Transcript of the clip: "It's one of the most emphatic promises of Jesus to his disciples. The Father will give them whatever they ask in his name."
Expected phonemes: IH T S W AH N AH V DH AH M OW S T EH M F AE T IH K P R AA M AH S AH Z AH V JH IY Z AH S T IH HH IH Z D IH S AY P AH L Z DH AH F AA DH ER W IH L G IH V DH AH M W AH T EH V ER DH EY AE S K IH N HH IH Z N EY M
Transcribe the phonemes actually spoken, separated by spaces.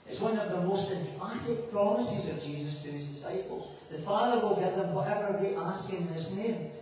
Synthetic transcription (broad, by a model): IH T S W AH N AH V DH AH M OW S T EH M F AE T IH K P R AA M AH S AH Z AH V JH IY Z AH S T IH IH Z D IH S AY P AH L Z DH AH F AA DH ER W IH L G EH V DH AH M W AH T EH V ER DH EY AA S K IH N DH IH S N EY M